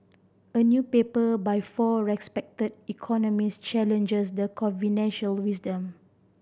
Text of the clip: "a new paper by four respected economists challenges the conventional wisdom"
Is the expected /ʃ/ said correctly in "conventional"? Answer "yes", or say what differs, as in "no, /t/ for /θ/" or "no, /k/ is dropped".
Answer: no, /ʃ/ is dropped